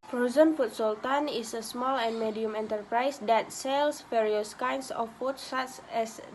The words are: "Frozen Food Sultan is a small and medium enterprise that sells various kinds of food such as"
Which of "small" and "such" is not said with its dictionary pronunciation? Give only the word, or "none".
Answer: such